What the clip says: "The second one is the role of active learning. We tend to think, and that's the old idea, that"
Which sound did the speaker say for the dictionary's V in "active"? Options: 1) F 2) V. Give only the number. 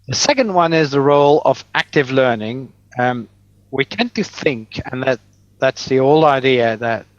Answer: 2